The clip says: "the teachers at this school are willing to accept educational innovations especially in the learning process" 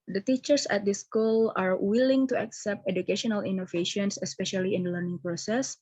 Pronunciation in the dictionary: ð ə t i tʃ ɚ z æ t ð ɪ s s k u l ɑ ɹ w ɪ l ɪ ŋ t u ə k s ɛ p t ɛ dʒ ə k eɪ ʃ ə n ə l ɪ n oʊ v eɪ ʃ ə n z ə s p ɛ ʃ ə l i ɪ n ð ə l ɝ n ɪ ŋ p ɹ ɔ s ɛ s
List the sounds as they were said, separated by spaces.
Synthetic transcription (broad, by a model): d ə t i tʃ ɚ s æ t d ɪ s s k u l ɑ ɹ w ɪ l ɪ ŋ t u ə k s ɛ p t ɛ dʒ ə k eɪ ʃ ə n ə l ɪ n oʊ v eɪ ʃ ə n s ə s p ɛ ʃ ə l i ɪ n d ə l ɝ n ɪ ŋ p ɹ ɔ s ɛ s